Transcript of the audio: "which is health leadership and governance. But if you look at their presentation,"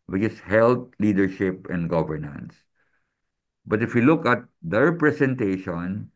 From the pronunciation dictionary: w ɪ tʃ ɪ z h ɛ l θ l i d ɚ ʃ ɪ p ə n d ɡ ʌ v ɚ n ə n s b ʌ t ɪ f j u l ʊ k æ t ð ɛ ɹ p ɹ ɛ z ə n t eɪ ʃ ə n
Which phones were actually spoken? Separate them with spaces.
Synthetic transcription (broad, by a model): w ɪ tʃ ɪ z h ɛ l t l i d ɚ ʃ ɪ p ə n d ɡ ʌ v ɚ n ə n s b ʌ t ɪ f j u l ʊ k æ t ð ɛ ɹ p ɹ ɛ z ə n t eɪ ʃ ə n